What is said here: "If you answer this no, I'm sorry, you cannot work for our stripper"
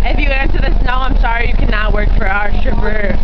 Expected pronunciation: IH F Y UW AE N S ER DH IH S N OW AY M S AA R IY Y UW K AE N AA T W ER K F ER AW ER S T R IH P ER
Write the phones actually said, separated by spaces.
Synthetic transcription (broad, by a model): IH F Y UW AE N S ER DH IH S N OW AY M S AA R IY Y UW K AE N AA T W ER K F ER AW ER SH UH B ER